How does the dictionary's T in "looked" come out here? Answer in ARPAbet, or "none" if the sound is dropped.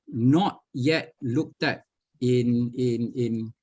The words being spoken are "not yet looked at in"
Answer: T